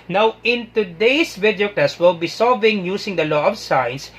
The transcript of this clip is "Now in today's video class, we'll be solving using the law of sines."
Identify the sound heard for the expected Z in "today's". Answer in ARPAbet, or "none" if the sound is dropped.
S